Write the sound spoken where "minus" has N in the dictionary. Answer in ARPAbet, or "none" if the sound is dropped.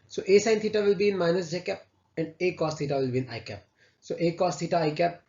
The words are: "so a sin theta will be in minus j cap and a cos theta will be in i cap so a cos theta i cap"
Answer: N